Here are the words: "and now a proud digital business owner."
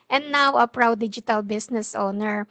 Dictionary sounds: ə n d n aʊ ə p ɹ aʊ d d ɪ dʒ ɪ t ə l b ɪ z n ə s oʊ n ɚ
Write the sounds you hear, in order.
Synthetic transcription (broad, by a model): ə n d n aʊ ə p ɹ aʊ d d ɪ dʒ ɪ t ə l b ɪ s n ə s oʊ n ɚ